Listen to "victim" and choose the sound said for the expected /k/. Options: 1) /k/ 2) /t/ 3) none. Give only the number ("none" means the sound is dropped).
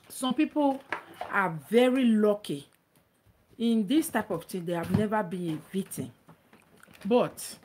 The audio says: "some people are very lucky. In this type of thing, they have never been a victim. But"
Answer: 3